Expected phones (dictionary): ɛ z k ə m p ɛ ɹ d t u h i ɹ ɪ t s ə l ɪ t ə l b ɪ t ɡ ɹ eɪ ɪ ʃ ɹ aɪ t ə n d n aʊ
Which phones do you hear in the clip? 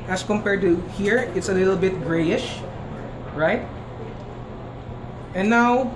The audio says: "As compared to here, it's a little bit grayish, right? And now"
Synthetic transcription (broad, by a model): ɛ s k ə m p ɛ ɹ d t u h i ɹ ɪ t s ə l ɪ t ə l b ɪ t ɡ ɹ eɪ ɪ ʃ ɹ aɪ t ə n n aʊ